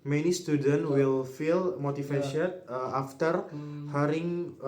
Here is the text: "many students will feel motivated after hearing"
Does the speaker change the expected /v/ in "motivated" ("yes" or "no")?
yes